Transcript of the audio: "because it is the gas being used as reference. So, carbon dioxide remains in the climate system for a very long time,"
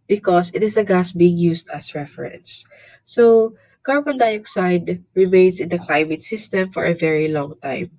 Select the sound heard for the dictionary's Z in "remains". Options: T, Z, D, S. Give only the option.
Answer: S